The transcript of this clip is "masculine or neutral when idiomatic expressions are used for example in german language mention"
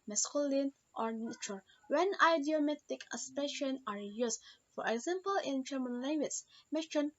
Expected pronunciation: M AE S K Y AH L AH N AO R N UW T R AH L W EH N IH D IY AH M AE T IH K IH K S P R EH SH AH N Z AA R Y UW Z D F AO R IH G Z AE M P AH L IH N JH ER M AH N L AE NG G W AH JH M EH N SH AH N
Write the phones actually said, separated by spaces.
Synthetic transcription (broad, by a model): M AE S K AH L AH N AO R N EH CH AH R W EH N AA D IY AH M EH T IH K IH S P EH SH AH N AA R Y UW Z F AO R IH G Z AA M P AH L IH N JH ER M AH N L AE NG G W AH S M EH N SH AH N